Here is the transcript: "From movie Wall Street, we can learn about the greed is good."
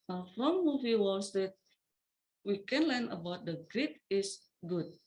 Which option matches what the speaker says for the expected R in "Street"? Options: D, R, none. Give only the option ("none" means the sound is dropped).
none